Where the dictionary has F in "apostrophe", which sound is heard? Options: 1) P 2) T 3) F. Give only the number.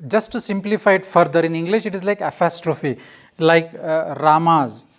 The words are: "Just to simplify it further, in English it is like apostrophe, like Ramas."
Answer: 3